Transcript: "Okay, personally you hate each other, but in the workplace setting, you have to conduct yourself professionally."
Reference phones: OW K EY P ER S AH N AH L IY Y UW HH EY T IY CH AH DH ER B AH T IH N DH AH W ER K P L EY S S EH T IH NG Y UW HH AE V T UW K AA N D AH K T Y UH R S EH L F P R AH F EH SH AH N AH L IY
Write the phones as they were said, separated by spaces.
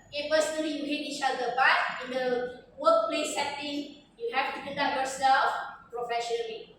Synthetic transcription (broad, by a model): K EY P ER S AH N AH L IY Y UW HH EY T IY CH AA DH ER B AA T IH N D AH W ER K P L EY S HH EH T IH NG Y UW HH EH F T UW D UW D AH T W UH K S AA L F P R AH F EH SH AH N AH L IY